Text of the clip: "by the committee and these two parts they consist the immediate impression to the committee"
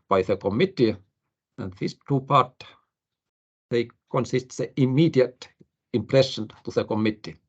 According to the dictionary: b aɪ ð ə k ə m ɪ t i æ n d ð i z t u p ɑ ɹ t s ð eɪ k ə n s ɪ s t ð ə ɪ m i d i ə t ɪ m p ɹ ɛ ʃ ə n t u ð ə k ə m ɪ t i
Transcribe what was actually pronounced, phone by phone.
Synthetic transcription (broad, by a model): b aɪ ð ə k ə m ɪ t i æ n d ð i s t u p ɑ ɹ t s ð eɪ k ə n s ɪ s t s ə ɪ m i d i ə t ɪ m p ɹ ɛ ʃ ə n t u ð ə k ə m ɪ t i